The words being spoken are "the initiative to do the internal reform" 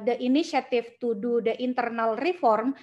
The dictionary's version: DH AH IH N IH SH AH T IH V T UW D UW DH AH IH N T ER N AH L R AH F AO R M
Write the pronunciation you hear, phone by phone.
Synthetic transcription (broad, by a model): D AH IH N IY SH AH T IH F T UW D UW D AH IH N T ER N AH L R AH F AO R M